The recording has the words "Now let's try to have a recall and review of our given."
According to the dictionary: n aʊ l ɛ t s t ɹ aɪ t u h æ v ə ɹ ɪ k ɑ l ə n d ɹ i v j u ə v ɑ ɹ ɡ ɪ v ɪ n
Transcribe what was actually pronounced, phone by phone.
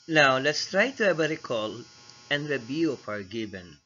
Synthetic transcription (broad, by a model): n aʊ l ɛ t s t ɹ aɪ t u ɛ b ə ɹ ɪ k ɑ l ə n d ɹ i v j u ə p ɑ ɹ ɡ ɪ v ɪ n